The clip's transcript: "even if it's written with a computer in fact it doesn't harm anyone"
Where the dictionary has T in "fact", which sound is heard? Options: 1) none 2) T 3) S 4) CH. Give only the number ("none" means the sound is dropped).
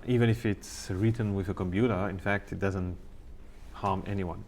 2